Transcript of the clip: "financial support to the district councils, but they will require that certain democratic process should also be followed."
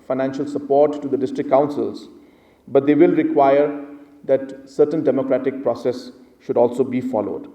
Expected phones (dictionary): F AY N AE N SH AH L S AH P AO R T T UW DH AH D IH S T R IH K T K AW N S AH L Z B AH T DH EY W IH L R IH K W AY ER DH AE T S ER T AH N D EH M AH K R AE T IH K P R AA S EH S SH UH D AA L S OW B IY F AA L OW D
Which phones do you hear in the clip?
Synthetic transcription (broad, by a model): F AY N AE N SH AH L S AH P AO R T T UW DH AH D IH S T R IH K K AW N S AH L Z B AH T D EY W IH L R IH K W AY ER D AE T S ER T AH N D EH M AH K R AE T IH K P R AA S EH S SH UH D AA L S OW B IY F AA L OW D